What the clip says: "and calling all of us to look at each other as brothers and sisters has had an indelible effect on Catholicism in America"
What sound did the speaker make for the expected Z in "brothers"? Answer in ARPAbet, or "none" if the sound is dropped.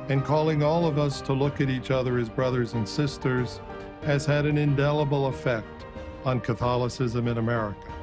Z